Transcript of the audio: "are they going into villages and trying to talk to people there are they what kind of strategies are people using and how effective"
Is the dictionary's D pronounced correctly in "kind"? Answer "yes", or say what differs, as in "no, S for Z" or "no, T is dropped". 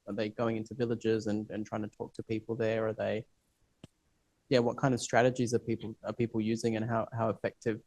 yes